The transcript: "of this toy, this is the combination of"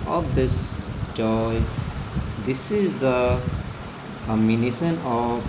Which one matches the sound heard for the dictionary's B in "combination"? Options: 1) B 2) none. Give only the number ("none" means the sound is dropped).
2